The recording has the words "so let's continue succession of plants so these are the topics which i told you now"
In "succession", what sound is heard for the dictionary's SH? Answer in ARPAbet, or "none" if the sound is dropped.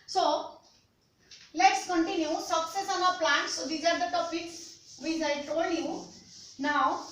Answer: S